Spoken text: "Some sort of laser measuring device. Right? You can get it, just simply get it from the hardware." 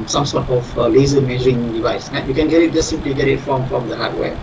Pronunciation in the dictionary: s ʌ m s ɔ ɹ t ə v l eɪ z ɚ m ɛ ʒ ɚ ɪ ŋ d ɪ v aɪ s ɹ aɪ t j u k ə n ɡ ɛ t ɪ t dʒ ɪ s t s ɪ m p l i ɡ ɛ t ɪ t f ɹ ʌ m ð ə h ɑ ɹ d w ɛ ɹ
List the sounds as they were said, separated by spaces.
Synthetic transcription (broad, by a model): s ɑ m s ɔ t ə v l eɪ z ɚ m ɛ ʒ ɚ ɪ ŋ d ɪ v aɪ s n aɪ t j u k ə n ɡ ɛ t ɪ t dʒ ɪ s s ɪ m p l i ɡ ɛ t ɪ t f ɹ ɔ m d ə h ɑ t w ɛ